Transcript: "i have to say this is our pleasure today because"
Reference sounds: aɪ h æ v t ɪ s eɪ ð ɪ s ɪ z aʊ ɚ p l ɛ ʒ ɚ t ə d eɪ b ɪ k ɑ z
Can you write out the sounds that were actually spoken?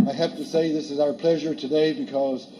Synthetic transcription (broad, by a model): aɪ h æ f t ɪ s eɪ ð ɪ s ɪ z aʊ ɚ p l ɛ ʒ ɚ t ə d eɪ b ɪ k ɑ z